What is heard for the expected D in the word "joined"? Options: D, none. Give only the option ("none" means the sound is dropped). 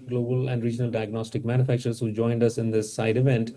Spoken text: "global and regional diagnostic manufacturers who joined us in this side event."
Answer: D